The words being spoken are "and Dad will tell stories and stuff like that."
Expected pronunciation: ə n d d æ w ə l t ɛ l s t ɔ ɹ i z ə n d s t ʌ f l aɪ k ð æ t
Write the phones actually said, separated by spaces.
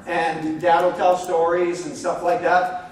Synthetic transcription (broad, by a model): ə n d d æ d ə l t ɛ l s t ɔ ɹ i z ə n s t ʌ f l aɪ k ð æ t